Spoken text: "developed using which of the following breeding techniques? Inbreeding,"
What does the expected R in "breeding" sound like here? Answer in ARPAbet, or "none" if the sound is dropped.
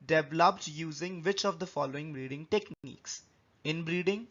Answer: R